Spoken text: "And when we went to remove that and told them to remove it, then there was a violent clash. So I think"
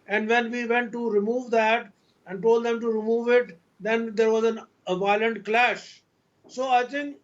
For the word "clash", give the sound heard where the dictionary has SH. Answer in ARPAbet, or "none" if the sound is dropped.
SH